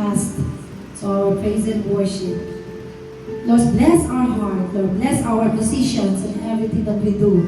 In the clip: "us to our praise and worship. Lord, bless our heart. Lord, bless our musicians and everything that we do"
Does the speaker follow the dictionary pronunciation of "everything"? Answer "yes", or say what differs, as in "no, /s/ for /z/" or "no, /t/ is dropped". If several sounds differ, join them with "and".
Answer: no, /t/ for /θ/